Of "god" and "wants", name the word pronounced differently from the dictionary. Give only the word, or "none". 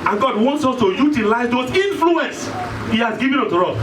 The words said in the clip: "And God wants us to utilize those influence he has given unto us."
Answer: none